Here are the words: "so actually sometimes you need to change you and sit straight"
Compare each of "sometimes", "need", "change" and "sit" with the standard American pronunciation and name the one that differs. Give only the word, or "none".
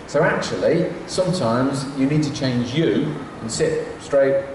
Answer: none